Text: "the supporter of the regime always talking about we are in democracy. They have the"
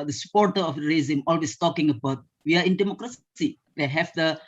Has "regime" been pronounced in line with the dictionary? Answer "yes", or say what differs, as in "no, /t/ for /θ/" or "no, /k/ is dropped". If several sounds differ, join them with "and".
no, /z/ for /ʒ/